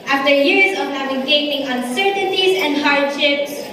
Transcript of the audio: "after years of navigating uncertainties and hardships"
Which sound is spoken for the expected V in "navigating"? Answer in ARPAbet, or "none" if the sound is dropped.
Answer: none